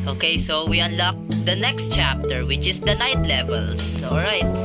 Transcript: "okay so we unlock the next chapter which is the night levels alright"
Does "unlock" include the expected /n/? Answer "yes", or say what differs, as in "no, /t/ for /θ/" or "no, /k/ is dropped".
yes